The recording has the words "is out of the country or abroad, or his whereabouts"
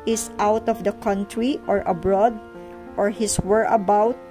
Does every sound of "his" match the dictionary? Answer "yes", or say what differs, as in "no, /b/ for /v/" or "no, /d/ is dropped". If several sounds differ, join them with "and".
no, /s/ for /z/